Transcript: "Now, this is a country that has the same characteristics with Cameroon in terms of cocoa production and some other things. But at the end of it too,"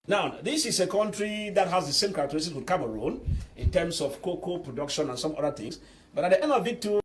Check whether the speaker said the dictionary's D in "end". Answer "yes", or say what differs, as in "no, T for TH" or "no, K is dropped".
no, D is dropped